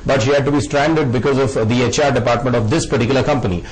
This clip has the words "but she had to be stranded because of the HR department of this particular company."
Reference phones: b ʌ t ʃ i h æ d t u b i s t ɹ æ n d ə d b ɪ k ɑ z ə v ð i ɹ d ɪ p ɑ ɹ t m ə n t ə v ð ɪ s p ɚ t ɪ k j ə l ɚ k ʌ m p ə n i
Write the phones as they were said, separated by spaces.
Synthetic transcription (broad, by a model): b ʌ t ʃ i h æ d t u b i s t ɹ æ n d ə d b ɪ k ɑ z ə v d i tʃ d ɪ p ɑ ɹ t m ə n t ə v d ɪ s p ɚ t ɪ k j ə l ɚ k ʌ m p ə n i